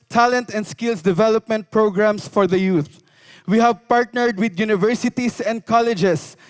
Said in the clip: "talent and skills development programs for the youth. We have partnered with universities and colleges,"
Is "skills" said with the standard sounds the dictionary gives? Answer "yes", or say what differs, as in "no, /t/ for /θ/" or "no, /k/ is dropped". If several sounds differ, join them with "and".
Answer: no, /s/ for /z/